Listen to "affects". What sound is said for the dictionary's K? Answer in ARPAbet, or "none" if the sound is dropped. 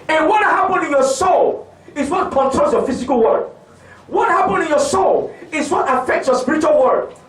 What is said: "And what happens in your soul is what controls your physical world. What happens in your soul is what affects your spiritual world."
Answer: K